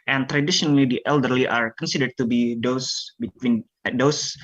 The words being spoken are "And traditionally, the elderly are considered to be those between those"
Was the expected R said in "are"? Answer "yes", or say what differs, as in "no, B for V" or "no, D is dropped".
yes